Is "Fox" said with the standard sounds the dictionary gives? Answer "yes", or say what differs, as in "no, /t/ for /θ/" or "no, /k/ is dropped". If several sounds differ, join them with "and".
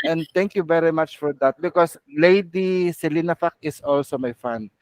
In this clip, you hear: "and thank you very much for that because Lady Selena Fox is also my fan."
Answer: no, /s/ is dropped